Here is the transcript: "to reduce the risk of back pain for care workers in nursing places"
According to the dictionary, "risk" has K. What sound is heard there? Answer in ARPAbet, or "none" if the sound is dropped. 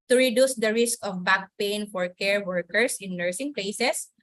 K